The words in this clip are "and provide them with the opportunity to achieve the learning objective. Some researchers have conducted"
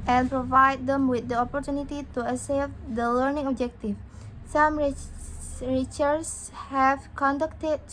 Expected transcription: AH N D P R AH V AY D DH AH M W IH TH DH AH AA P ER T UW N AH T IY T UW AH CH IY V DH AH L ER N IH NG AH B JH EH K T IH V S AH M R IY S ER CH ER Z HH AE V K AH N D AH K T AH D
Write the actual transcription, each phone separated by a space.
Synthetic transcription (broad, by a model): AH N P R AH V AY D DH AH M W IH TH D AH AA P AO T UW N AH T IY T UW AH S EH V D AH L ER N IH NG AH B JH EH K T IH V S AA M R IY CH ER S HH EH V K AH N D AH K T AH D